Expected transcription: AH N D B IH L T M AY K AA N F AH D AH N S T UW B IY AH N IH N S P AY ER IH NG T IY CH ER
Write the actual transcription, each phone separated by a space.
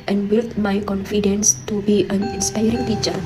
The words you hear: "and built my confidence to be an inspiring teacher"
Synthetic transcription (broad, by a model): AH N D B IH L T M AY K AA N F AH D AH N S T UW B IY AH N IH N S P AY ER IH NG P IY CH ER